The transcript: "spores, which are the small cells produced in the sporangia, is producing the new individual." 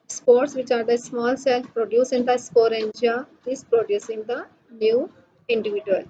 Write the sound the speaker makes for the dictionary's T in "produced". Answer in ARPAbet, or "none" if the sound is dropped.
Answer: none